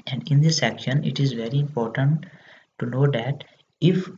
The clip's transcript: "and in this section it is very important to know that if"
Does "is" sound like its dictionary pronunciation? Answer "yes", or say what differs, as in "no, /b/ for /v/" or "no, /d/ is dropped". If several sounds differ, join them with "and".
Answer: yes